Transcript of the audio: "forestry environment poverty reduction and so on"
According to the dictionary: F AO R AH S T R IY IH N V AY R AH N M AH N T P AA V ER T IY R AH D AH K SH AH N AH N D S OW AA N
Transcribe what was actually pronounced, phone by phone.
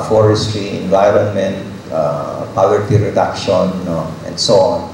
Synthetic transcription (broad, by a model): F AO R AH S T R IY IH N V AY R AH N M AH N T P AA W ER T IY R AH D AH K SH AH N AH N D S OW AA N